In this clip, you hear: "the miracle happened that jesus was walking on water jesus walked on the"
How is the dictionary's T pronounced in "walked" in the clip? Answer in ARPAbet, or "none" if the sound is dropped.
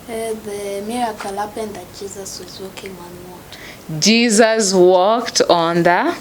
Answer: T